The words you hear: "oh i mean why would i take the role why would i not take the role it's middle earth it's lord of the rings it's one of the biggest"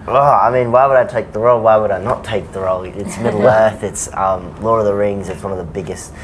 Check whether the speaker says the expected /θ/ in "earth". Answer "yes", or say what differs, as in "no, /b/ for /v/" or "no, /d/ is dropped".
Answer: yes